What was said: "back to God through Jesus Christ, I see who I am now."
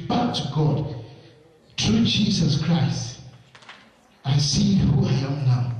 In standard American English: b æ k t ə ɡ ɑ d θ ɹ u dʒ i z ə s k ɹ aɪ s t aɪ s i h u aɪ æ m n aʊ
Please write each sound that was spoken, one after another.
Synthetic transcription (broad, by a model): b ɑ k t ə ɡ ɑ d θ ɹ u dʒ i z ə s k ɹ aɪ s t aɪ s i h u aɪ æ m n aʊ